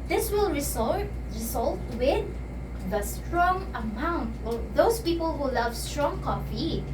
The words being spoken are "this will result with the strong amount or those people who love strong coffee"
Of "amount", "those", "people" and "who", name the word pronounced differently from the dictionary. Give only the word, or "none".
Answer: those